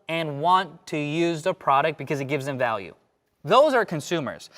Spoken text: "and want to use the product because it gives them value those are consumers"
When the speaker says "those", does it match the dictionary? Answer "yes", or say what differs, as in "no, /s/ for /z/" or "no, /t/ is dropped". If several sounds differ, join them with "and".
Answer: yes